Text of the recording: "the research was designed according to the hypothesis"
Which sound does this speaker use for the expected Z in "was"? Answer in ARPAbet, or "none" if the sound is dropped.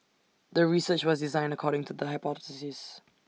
Z